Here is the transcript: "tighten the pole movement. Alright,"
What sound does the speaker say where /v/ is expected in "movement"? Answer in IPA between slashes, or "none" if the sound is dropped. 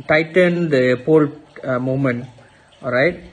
none